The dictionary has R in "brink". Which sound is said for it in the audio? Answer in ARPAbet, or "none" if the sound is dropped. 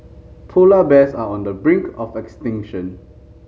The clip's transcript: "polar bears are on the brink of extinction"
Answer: R